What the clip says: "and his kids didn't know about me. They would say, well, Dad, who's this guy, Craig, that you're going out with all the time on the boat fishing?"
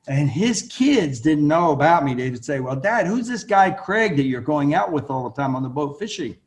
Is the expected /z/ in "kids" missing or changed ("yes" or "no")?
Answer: no